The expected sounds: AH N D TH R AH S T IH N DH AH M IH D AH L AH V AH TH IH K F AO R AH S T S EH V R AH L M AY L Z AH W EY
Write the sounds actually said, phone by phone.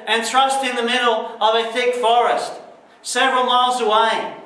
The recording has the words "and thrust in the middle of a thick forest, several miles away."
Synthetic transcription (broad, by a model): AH N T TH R AH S T IH N DH AH M IH D L AH V AH TH IH K F AO R AH S T S EH V R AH L M AY L Z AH W EY